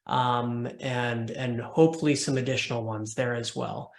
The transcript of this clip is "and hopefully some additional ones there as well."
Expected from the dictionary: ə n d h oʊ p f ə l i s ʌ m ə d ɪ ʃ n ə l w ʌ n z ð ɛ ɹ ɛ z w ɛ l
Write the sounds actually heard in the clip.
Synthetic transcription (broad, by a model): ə n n h oʊ p f l i s ʌ m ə d ɪ ʃ n l w ʌ n z ð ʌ ɹ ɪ z w ɛ l